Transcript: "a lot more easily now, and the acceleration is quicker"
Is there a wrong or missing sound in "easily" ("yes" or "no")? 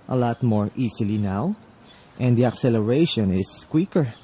yes